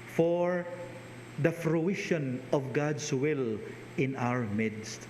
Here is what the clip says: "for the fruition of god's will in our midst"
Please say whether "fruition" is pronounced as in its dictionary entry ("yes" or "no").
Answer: yes